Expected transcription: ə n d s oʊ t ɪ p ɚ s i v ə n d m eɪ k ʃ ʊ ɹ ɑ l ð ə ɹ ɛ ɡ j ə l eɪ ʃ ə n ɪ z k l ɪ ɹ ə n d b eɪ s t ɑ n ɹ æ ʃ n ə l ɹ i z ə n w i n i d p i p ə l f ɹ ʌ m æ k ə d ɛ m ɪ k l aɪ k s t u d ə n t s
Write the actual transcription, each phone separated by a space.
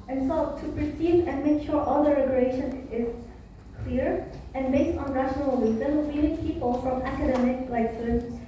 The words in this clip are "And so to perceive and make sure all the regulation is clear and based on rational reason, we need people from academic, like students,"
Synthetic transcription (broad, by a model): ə n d s oʊ t ɪ p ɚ s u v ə n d m eɪ k ʃ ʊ ɹ ɑ l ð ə ɹ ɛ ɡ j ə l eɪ ʃ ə n ɪ z k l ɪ ɹ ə n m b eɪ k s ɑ n ɹ æ ʃ n ə l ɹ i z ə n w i l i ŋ p i p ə l f ɹ ʌ m æ k ə d ɛ m ɪ k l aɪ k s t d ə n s